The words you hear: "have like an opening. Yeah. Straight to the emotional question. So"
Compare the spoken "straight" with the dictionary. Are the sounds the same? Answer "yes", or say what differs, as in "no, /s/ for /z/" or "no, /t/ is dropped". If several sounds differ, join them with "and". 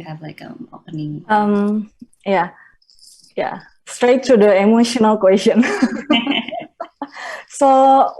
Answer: yes